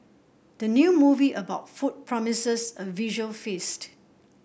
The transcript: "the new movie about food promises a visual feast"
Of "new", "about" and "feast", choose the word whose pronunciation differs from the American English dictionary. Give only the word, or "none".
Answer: none